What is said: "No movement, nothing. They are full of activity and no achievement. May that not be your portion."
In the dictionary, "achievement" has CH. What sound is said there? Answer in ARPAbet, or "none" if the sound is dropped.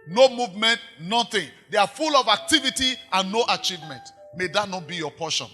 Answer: CH